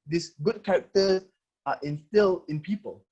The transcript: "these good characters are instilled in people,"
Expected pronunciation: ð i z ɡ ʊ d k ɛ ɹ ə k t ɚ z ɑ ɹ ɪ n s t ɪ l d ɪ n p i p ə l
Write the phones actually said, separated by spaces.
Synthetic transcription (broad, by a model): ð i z ɡ ʊ d k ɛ ɹ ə k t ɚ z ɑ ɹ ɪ n s t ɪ l ɪ n p i p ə l